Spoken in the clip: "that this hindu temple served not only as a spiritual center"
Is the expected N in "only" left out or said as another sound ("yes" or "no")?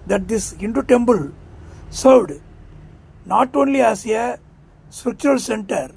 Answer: no